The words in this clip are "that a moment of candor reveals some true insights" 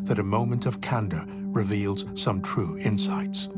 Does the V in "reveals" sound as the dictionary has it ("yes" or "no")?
yes